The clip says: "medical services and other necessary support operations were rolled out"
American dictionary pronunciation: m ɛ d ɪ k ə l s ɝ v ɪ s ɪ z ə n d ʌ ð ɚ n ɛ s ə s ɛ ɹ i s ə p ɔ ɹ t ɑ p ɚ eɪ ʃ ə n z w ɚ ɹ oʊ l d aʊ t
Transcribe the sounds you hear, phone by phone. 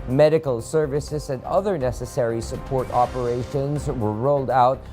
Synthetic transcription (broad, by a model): m ɛ d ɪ k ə l s ɝ v ɪ s ɪ z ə n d ʌ ð ɚ n ɛ s ə s ɛ ɹ i s ə p ɔ ɹ t ɑ p ɚ eɪ ʃ ə n z w ɚ ɹ oʊ l d aʊ t